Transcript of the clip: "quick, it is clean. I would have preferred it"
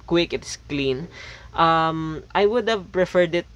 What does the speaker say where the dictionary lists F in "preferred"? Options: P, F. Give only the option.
F